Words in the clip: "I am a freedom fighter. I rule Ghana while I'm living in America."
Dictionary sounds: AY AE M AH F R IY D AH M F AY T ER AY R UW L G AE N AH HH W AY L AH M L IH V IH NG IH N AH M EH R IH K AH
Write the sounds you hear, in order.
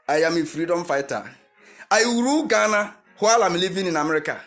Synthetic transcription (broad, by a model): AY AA M AH F R IY D AH M F AY T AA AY W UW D G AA N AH HH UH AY L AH M L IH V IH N IH N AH M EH R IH K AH